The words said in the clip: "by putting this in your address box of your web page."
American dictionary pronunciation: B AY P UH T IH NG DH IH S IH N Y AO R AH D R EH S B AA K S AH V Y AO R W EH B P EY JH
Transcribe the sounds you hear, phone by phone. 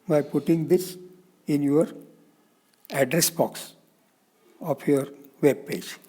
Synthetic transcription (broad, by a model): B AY P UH T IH NG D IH S IH N Y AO R AH D R EH S B AA K S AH P Y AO R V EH B P EY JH